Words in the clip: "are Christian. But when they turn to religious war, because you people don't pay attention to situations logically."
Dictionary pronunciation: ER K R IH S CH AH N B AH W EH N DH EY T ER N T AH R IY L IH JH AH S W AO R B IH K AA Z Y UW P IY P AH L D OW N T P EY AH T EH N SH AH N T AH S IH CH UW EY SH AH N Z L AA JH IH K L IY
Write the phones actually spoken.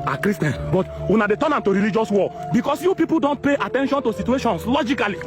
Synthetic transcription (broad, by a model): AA K R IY S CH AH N B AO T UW N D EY T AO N T AH R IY L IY JH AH S W AO B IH K AA S Y UW P IY P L D OW N T P EY AH T EH N SH AH N T AH S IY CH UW EY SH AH N S L AA JH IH K L IY